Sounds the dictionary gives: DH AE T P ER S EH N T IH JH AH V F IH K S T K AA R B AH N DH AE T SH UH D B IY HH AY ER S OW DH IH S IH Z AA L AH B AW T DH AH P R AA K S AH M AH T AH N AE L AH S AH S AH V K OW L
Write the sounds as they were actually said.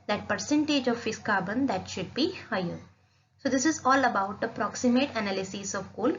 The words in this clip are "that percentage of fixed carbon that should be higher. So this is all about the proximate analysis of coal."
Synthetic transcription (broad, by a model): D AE T P ER S EH N T IH JH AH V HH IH S K AA R B AH N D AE T SH UH D B IY HH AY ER S OW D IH S IH Z AA L AH B AW T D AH P R AA K S AH M AH T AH N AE L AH S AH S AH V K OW L